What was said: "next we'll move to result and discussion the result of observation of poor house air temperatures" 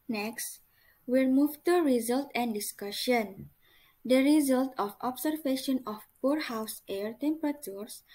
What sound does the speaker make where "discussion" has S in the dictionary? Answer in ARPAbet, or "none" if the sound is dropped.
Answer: S